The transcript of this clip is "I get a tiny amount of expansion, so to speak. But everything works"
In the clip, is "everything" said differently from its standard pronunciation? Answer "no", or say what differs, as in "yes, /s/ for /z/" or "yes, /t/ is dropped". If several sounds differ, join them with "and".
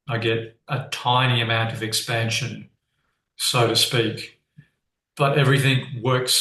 no